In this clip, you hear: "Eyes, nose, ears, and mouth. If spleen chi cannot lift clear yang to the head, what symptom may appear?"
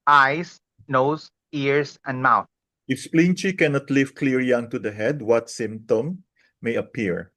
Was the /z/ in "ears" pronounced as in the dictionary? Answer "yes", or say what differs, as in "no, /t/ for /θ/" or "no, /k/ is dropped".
no, /s/ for /z/